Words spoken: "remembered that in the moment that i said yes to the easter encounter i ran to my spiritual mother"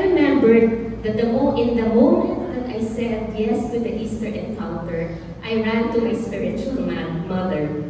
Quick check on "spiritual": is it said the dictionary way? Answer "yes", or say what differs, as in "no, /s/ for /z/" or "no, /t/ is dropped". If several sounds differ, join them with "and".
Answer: no, /n/ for /l/